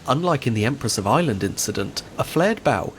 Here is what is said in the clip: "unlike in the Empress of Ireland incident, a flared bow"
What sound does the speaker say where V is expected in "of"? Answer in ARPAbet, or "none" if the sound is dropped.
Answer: V